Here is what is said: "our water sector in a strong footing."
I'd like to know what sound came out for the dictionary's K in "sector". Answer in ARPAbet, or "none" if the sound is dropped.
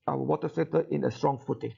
none